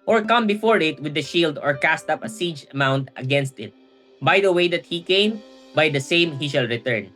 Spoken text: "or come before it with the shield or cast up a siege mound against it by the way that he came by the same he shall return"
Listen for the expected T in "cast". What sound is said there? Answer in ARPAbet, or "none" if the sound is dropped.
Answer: T